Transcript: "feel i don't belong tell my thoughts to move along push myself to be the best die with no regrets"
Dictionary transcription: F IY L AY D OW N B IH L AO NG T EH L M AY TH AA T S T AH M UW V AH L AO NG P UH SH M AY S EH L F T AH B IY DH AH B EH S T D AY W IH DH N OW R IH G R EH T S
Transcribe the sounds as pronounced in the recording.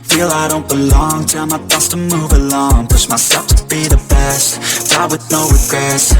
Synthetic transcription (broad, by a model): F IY L AY D OW N B IH L AO NG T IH M AY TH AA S T AH M UW V AH L AO NG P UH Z M AY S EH F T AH B IY DH AH B EH S T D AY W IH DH N OW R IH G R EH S